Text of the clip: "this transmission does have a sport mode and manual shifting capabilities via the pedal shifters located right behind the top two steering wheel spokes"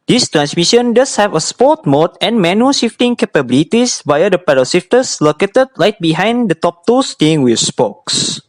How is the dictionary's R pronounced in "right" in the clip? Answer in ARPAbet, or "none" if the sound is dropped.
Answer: L